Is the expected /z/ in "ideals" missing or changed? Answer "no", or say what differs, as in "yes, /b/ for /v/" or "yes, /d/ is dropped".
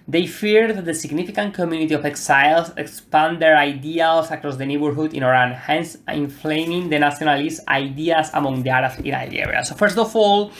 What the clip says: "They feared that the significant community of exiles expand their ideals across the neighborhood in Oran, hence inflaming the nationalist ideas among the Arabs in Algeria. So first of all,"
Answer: yes, /s/ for /z/